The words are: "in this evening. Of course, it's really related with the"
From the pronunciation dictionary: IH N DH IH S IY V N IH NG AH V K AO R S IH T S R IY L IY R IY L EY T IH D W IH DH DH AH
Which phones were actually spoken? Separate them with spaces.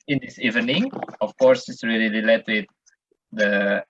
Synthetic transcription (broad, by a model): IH N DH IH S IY V N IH NG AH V K AO R S IH T S R IY L IY L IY L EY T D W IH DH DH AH